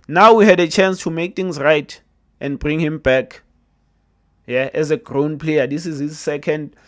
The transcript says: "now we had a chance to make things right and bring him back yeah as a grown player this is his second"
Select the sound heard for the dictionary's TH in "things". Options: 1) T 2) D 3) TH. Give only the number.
1